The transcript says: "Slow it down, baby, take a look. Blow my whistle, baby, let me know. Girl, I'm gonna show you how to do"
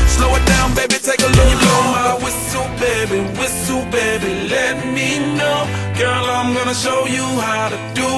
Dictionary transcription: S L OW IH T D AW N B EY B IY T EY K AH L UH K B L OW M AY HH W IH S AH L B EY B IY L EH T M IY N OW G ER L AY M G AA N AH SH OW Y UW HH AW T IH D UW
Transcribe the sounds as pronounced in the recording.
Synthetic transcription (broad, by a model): S L OW IH T D AW N B EY B IY T EY K AH L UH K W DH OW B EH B W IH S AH B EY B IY L EH T M IY N OW G ER L AY M G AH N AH SH OW Y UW HH AW T IH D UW